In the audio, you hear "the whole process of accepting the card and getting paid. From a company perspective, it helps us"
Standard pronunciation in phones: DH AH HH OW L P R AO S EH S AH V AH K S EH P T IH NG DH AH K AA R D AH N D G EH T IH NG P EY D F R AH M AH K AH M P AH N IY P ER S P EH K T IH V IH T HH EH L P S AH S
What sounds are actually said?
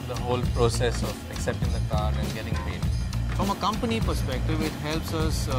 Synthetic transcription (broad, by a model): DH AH HH OW L P R AO S EH S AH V AH K S EH P T IH NG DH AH K AA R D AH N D G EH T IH NG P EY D F R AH M AH K AH M P AH N IY P ER S P EH K T IH V IH T HH EH L P S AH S